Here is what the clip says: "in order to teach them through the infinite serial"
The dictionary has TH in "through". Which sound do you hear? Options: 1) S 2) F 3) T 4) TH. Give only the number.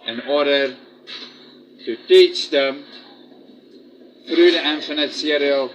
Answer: 2